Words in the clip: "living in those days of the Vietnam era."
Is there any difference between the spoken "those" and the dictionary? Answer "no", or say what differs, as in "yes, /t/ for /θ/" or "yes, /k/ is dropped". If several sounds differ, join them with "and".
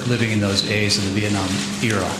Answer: no